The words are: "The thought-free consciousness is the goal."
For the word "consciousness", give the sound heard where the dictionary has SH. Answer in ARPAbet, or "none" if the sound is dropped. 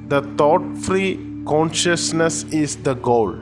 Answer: SH